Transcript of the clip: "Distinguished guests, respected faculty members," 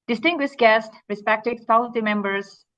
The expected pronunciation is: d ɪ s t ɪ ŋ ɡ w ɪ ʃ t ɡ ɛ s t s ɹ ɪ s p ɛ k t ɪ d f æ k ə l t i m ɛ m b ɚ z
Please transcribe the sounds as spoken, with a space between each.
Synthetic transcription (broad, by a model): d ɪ s t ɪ ŋ ɡ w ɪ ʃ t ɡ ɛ s t ɹ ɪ s p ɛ k t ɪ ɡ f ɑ ə n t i m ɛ m b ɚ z